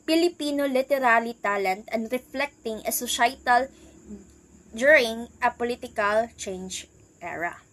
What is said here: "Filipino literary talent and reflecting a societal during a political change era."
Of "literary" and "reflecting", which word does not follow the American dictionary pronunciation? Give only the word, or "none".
literary